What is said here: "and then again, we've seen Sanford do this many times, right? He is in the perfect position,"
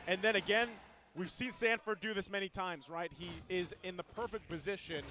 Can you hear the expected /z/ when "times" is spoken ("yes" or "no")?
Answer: yes